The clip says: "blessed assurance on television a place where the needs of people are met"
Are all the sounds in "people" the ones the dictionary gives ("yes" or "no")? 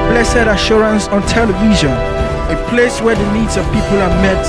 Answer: yes